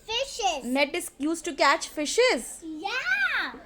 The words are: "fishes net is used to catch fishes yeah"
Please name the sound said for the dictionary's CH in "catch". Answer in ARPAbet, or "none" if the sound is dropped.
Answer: CH